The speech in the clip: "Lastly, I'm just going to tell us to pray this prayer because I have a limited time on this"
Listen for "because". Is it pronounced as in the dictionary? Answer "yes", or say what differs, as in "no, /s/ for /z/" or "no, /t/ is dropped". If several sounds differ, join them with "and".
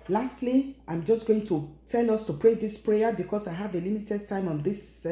no, /s/ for /z/